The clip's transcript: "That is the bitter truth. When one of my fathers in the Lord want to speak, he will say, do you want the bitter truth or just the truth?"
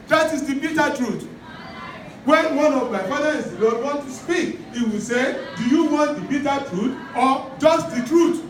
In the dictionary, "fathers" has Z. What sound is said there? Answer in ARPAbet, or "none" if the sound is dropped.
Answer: none